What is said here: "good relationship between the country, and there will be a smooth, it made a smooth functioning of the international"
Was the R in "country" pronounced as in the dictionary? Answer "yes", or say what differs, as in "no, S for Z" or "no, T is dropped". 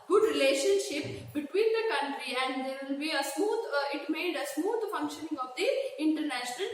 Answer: yes